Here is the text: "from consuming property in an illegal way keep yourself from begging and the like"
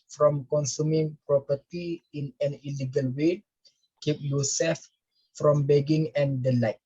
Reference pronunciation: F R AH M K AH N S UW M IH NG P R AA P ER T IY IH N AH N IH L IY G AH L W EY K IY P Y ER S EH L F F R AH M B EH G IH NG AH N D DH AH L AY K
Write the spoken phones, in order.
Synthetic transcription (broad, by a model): F R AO M K AH N S UW M IH NG P R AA P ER T IY IH N AH N IH L IY G AH L W EY K IY P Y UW S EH F F R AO M B EH G IH NG AH N D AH L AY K